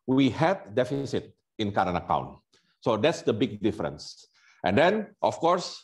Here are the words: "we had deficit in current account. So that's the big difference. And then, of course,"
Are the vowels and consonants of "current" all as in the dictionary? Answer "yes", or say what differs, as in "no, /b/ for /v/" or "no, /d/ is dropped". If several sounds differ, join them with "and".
no, /t/ is dropped